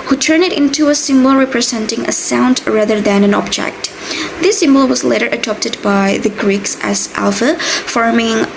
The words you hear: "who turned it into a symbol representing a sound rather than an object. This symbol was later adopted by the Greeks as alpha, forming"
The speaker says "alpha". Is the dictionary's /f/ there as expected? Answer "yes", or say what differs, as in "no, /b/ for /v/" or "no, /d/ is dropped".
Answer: yes